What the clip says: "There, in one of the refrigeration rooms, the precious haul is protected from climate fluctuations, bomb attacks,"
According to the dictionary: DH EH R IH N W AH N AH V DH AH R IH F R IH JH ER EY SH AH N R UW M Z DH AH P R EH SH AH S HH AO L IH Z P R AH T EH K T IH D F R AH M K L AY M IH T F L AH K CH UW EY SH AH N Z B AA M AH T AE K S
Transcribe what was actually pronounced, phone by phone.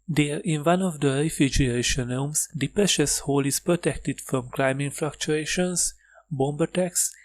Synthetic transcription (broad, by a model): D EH R IH N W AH N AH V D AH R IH F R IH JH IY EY SH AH N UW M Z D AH P R EH SH AH S HH AO L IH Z P R AH T EH K T IH D F R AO M K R AY M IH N F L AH K CH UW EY SH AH N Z B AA M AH T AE K S